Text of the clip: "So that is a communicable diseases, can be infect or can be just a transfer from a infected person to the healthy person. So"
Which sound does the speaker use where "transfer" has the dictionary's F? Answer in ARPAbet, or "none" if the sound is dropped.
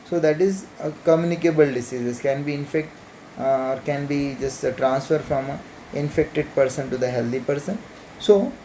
F